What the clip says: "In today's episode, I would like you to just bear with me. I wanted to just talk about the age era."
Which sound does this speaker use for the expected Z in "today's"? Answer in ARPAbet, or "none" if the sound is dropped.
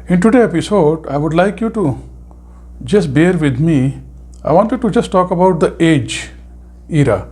none